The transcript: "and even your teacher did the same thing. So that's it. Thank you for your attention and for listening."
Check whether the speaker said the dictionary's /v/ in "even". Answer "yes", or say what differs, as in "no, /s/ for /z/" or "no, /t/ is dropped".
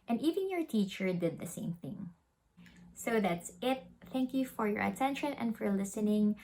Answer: yes